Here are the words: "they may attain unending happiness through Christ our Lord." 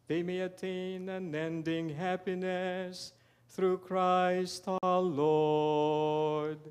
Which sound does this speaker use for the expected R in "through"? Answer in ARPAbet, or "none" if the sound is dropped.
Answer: R